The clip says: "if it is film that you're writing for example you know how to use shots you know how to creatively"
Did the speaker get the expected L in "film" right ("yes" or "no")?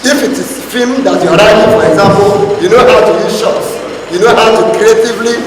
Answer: no